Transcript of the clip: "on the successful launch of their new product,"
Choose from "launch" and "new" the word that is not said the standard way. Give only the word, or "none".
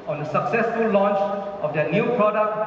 none